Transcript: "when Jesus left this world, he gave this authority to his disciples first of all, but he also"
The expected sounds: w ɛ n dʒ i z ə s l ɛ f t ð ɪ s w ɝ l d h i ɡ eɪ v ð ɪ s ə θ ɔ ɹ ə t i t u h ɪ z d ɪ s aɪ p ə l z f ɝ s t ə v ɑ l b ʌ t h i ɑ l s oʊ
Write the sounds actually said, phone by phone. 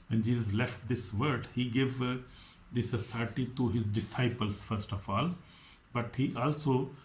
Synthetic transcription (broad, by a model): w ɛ n dʒ i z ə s l ɛ f t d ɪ s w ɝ d h i ɡ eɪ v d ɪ s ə s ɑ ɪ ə t i t u h ɪ z d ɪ s aɪ p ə l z f ɝ s t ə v ɑ l b ʌ t h i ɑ l s oʊ